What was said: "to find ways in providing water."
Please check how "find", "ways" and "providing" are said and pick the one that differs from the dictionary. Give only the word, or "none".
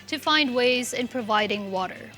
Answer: none